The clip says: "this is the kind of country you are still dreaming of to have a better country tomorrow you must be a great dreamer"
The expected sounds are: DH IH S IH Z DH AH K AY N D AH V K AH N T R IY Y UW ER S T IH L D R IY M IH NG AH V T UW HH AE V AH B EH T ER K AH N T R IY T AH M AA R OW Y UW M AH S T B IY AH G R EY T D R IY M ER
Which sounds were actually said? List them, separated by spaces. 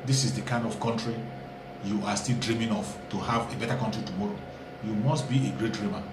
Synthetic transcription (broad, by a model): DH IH S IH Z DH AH K AY N D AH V K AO N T R IY Y UW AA S T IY L D R IY M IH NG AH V T UW HH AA V AH B EH T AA K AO N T R IY T AH M AA R OW Y UW M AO S T B IY AH G R EY T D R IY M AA